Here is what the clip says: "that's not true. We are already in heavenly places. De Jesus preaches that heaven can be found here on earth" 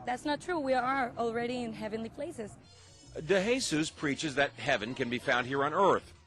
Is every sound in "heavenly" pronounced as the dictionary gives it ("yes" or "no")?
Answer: yes